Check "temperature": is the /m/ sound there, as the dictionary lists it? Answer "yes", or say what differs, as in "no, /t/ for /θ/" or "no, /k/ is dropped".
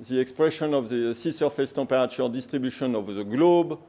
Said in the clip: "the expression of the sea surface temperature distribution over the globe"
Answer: no, /m/ is dropped